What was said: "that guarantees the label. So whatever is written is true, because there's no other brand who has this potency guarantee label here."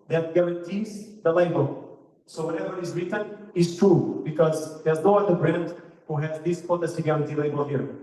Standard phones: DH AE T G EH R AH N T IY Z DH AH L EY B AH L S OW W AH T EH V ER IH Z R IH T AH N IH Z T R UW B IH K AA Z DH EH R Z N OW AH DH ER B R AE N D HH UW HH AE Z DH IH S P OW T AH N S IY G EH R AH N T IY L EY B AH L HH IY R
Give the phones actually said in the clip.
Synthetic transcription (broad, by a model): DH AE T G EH R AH N T IY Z DH AH L EY B AH L S OW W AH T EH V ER IH Z R IH T AH N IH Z T R UW B IH K AA Z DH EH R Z N OW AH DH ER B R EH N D HH UW HH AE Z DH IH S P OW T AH S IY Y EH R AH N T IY L EY B AH L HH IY R